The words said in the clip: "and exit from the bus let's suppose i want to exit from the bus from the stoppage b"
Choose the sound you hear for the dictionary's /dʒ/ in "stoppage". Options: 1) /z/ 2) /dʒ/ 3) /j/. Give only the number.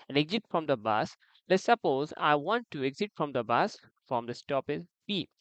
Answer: 1